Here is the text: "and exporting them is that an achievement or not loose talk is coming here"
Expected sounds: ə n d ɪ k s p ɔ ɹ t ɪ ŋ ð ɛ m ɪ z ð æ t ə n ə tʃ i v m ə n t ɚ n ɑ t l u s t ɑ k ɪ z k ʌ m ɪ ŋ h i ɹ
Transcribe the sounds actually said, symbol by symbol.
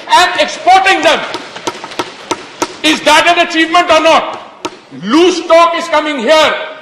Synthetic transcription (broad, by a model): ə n d ɪ k s p ɔ ɹ t ɪ ŋ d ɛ m ɪ z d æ t ə n ə tʃ i v m ə n t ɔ n ɑ t l u s t ɑ k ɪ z k ʌ m ɪ ŋ h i ɹ